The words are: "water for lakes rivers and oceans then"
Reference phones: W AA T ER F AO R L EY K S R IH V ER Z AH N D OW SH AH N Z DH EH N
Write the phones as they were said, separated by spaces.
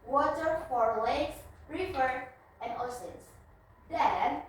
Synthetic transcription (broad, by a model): W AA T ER F AO R L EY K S R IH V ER AH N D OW S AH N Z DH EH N